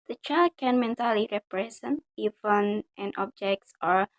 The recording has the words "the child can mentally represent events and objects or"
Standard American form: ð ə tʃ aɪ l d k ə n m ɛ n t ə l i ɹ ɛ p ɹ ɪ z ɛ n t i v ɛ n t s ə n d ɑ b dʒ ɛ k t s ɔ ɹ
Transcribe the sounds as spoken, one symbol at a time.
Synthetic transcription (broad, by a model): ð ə tʃ aɪ l d k ə n m ɛ n t ə l i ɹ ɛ p ɹ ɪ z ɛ n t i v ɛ n t ə n ɑ b dʒ ɛ k t s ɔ ɹ